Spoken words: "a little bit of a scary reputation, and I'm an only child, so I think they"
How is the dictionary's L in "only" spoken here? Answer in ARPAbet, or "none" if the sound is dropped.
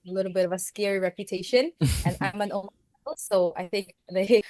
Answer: none